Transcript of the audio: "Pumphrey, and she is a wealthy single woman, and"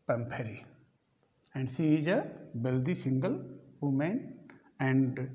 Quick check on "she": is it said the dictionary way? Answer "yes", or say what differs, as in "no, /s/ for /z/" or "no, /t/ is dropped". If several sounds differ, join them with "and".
no, /s/ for /ʃ/